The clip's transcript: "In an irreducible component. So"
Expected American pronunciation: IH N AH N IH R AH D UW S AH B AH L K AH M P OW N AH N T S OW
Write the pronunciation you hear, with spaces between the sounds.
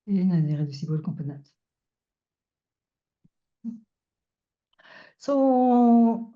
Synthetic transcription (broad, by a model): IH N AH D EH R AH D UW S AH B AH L K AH P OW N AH T S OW